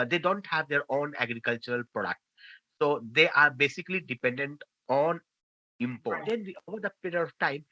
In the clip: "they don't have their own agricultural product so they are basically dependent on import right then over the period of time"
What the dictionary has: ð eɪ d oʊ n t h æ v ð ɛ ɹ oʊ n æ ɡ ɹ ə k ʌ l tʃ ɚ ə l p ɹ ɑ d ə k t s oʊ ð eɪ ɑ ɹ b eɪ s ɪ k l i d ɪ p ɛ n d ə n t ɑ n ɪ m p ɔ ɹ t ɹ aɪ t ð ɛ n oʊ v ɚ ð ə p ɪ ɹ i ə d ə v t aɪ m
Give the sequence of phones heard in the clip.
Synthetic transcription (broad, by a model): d eɪ d oʊ n t h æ v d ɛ ɹ oʊ n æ ɡ ɹ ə k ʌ l tʃ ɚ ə l p ɹ ɑ d ə k t s oʊ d eɪ ɑ ɹ b eɪ s ɪ k l i d ɪ p ɛ n d ə n t ɑ n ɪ m p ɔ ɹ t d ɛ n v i oʊ v ɚ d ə p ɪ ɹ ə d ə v t aɪ m